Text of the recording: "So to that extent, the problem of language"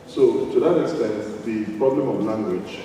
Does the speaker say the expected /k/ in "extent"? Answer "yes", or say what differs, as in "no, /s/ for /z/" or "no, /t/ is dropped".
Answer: yes